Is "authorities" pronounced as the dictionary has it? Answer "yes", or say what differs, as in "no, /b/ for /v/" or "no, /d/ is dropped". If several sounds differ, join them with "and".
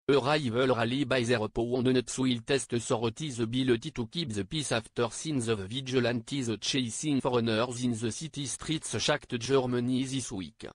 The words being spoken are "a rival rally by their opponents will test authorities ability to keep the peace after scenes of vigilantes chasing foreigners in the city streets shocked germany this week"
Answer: no, /s/ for /θ/